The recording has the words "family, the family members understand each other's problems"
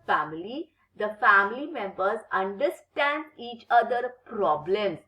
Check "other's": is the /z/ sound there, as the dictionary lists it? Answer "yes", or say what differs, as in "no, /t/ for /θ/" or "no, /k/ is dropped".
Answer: no, /z/ is dropped